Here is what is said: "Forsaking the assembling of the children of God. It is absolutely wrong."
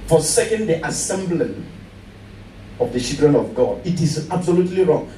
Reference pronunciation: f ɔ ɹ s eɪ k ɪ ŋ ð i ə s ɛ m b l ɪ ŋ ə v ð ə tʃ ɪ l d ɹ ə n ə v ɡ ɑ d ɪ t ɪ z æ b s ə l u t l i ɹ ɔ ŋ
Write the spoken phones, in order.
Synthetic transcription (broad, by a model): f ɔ s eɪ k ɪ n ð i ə s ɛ m b l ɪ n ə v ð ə ʃ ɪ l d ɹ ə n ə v ɡ ɑ d ɪ t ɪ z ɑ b s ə l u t l i ɹ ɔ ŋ